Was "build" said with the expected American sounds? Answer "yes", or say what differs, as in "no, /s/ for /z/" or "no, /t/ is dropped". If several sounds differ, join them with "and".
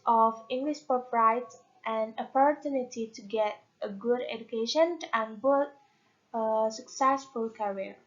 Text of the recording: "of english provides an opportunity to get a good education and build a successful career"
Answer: no, /l/ is dropped